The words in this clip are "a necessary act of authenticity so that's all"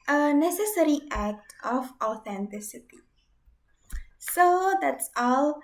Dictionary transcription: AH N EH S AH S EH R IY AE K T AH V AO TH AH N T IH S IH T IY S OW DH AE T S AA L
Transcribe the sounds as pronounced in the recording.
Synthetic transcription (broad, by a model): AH N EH S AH S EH R IY AE K T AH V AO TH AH N T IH S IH T IY S OW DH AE T S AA L